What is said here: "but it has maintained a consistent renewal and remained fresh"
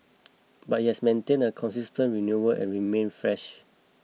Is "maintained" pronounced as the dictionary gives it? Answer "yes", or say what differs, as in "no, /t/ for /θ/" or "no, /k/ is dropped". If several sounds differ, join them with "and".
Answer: no, /d/ is dropped